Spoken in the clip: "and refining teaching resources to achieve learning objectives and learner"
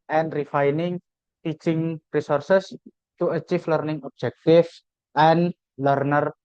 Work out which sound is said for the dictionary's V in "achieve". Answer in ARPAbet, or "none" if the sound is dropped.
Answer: F